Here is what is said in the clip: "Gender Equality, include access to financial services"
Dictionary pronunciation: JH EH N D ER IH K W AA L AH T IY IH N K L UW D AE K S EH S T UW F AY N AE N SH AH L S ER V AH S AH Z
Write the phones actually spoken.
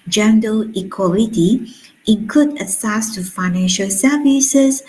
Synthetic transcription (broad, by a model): JH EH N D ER IH K W AA L AH T IY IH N K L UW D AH S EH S T UW F AY N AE N SH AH L S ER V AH S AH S